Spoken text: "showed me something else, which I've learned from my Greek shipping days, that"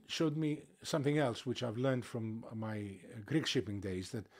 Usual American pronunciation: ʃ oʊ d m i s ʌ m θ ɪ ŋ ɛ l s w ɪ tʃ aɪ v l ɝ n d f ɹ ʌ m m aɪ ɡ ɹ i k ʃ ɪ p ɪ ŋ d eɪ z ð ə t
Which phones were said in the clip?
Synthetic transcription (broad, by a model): ʃ oʊ d m i s ʌ m θ ɪ ŋ ɛ l s w ɪ tʃ aɪ v l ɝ n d f ɹ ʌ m m aɪ ɡ ɹ i k ʃ ɪ p ɪ ŋ d eɪ z ð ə t